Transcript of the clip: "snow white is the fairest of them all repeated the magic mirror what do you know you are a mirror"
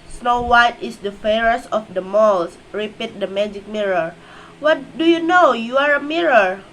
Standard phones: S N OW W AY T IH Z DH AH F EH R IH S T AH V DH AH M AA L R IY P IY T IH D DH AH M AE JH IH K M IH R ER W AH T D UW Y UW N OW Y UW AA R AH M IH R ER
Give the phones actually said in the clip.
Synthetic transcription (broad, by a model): S N OW W AY T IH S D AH F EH R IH S AH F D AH M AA L R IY P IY T D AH M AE JH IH K M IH R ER W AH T D UW Y UW N OW Y UW AA R AH M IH R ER